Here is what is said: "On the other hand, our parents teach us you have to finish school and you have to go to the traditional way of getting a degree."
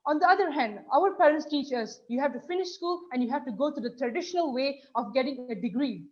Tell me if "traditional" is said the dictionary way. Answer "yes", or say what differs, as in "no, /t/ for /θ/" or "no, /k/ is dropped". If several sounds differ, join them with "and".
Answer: yes